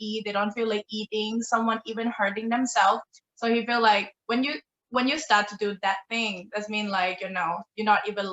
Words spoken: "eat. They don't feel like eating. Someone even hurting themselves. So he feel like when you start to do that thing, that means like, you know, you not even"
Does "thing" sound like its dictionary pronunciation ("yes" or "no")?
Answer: yes